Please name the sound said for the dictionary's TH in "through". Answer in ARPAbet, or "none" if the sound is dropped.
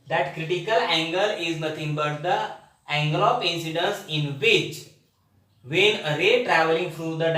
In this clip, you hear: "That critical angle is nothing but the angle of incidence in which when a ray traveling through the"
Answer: F